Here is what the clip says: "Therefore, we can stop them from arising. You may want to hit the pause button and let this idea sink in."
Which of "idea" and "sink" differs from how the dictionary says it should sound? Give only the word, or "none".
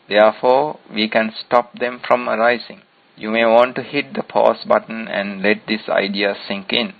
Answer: none